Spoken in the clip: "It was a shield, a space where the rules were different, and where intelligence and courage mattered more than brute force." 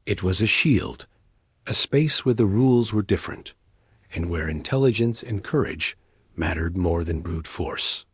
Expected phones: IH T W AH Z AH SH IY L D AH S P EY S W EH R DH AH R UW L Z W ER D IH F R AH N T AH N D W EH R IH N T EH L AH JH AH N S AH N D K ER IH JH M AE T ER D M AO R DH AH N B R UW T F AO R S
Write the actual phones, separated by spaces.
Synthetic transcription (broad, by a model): IH T W AH Z AH SH IY L D AH S P EY S W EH R DH AH R UW L Z W ER D IH F R AH N T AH N W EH R IH N T EH L AH JH AH N S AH N K ER IH JH M AE T ER D M AO R DH AH N B R UW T F AO R S